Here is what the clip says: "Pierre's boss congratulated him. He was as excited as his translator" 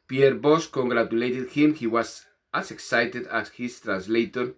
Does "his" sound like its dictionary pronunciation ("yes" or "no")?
no